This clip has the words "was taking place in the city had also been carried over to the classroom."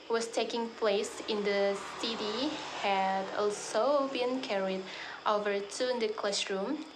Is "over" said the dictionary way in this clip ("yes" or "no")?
yes